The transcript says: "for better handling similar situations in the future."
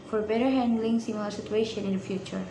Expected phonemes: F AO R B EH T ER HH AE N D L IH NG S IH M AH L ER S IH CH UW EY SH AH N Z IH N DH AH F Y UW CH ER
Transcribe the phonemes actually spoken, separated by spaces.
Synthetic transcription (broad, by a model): F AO R B EH T ER HH AE N D L IH NG S IH M AH L ER S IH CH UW EY SH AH N IH N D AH F Y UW CH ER